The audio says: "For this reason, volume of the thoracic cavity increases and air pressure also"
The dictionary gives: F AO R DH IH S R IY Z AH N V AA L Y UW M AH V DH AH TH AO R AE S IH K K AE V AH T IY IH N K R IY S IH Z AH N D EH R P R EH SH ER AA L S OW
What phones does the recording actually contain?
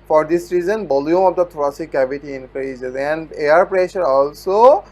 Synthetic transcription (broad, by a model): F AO R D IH S R IY Z AH N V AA L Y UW M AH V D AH T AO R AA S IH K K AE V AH T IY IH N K R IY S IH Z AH N D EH R P R EH SH ER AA L S OW